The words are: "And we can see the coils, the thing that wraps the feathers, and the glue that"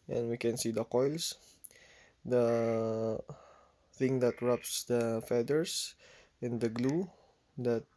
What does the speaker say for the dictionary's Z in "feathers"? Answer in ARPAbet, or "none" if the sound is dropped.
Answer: S